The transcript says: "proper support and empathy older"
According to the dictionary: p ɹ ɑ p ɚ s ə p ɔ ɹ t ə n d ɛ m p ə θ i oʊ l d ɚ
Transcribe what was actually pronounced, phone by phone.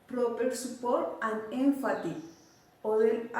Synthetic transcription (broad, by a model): p ɹ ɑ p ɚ s ə p ɔ ɹ t ə n d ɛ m f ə t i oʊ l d